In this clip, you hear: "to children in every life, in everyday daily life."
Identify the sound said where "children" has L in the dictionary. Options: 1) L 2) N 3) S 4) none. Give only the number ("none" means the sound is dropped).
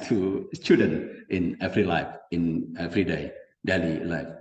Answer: 4